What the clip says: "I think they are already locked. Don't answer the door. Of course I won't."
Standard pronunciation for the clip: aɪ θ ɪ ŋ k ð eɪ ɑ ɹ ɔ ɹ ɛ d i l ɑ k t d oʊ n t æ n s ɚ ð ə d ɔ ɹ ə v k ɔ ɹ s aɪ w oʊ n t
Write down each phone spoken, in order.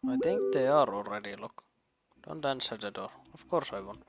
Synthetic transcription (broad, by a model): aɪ t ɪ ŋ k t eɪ ɑ ɹ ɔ ɹ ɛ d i l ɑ k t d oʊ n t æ n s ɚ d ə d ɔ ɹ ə f k ɔ ɹ s aɪ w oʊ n